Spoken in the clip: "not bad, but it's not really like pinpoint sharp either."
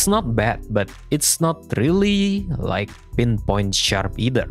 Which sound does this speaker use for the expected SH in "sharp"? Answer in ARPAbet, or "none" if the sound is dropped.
SH